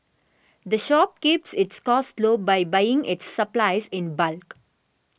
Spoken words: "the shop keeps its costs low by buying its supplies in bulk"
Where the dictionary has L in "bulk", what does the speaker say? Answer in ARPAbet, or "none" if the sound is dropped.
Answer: L